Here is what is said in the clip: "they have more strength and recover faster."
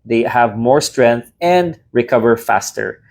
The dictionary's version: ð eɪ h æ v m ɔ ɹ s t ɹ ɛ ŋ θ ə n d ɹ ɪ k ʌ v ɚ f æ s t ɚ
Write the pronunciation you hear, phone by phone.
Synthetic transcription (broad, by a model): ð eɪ h æ v m ɔ ɹ s t ɹ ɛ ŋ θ ə n d ɹ ɪ k ʌ v ɚ f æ s t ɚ